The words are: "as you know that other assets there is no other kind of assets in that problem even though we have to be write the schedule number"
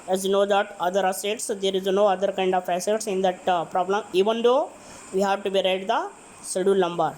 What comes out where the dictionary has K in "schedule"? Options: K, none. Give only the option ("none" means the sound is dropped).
none